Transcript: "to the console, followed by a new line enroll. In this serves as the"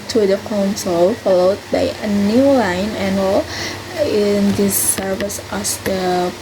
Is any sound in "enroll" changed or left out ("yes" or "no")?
yes